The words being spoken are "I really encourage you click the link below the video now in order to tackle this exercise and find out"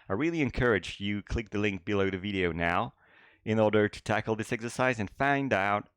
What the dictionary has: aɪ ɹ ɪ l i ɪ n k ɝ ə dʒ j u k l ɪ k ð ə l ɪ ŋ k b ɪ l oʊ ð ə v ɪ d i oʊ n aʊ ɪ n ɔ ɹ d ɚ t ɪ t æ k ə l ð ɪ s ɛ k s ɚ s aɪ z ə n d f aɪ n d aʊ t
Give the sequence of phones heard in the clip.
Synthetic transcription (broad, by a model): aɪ ɹ ɪ l i ɪ n k ɝ ə dʒ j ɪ k l ɪ k ð ə l ɪ ŋ k b ɪ l oʊ ð ə v ɪ d i oʊ n aʊ ɪ n ɔ ɹ d ɚ t ɪ t æ k l ð ɪ s ɛ k s ɚ s aɪ z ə n f aɪ n d aʊ t